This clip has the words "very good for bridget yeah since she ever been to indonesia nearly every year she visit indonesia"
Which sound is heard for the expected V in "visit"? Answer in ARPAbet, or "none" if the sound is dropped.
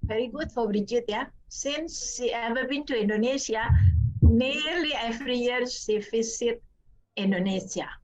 F